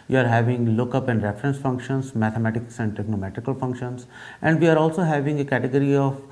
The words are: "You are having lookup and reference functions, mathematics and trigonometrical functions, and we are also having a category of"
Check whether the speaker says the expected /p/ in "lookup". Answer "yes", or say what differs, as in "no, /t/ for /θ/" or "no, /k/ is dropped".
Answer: yes